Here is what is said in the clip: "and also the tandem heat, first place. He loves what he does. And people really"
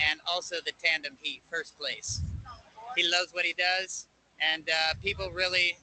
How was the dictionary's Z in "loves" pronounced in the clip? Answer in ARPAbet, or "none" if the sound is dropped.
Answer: Z